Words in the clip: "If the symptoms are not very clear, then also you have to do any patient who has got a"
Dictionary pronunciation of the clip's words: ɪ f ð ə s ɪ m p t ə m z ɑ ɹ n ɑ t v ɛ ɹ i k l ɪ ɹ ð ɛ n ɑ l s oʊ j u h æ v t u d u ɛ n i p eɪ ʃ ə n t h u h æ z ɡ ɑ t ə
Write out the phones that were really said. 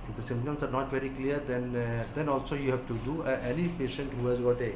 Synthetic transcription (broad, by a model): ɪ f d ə s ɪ m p t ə m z ɑ ɹ n ɑ t v ɛ ɹ i k l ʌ ɹ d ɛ n ɑ l s oʊ j u h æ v t u d u ɛ n i p eɪ ʃ ə n t h u h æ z ɡ ɑ t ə